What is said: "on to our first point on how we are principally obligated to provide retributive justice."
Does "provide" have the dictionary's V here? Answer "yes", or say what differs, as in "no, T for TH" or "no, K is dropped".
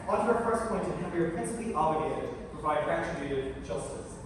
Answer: no, V is dropped